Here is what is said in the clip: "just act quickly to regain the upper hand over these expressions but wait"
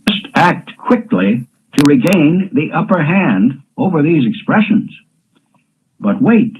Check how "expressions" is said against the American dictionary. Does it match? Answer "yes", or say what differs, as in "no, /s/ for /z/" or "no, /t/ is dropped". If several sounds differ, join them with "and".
yes